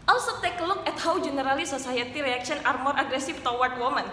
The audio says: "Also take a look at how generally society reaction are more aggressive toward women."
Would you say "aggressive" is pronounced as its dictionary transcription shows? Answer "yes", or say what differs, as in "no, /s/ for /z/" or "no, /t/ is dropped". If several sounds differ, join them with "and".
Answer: no, /f/ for /v/